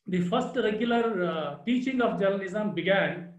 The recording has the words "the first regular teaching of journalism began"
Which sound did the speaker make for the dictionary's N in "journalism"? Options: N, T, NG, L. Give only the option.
L